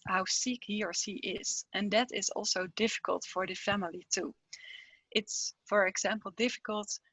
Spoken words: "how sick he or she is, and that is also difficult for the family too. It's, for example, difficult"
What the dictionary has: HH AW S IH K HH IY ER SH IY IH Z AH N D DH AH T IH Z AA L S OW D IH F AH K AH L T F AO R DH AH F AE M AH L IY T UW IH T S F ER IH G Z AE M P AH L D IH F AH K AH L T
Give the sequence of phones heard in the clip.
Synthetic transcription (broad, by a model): HH AW S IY K HH IY ER S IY IH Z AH N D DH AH T IH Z AA L S OW D IH F AH K AH L T F AO R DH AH F AE M AH L IY T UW IH T S F ER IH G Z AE M P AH L D IH F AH K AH L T